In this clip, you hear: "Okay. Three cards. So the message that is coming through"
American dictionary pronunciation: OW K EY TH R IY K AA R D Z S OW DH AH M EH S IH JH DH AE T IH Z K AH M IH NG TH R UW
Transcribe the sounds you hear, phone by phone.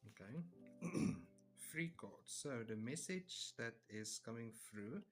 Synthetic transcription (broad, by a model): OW K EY F R IY K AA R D S OW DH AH M EH S IH JH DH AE T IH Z K AH M IH NG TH R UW